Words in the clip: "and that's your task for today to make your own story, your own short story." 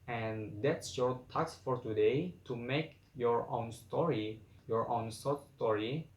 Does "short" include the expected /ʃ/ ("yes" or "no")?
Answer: no